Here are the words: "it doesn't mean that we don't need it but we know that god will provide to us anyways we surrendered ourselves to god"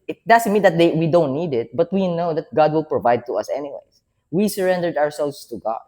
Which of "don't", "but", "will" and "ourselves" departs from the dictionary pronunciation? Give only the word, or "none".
ourselves